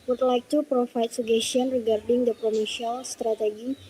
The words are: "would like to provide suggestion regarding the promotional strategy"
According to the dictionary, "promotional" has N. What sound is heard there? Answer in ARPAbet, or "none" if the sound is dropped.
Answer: none